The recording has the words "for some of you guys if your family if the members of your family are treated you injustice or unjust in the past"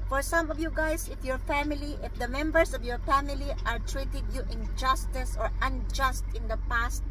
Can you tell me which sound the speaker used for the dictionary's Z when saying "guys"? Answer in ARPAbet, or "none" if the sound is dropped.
S